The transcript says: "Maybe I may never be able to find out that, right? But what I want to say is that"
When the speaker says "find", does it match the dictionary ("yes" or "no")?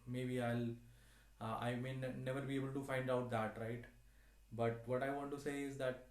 yes